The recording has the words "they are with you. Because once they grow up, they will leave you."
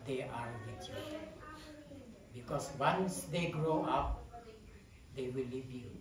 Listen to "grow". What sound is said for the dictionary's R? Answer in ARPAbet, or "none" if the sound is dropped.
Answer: R